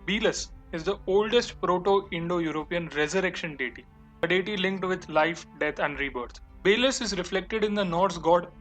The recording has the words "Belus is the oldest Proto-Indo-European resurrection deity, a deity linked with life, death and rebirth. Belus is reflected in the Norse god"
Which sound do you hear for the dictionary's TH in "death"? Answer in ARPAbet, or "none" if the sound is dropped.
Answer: T